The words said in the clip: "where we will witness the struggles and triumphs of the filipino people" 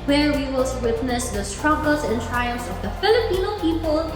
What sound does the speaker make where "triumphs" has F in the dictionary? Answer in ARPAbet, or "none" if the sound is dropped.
none